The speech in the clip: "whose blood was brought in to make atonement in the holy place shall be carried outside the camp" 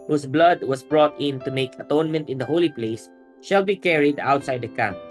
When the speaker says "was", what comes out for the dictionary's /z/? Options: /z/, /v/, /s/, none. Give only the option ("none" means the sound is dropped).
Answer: /s/